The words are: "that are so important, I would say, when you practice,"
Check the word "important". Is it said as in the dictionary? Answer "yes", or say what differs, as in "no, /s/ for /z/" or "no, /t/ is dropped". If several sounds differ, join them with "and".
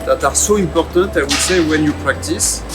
no, /n/ is dropped